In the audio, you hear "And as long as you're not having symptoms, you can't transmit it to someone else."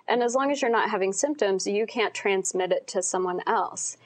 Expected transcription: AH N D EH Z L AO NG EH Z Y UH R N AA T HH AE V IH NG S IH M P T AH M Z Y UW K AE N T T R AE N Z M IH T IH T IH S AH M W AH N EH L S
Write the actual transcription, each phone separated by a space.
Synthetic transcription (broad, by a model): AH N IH Z L AO NG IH Z Y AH R N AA T HH AE V IH NG S IH M P T AH M Z Y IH K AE N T T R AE N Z M IH T IH T IH S AH M W AH N EH L S